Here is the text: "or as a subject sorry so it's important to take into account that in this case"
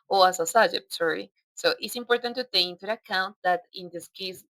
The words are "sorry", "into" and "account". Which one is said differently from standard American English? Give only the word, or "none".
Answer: into